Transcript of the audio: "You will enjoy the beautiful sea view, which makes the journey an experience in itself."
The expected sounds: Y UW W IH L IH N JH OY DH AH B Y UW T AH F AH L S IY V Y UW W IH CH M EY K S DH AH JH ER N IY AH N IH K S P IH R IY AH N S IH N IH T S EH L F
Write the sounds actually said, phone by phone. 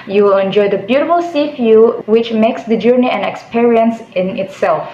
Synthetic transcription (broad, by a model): Y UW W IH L IH N JH OY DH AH B Y UW T AH F AH L S IY F Y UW W IH CH M EY K S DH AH JH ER N IY AH N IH K S P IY R IY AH N S IH N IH T S EH L F